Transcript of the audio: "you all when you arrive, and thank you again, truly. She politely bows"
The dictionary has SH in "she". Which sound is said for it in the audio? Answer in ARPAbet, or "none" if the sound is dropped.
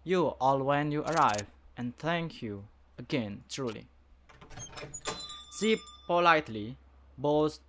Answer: S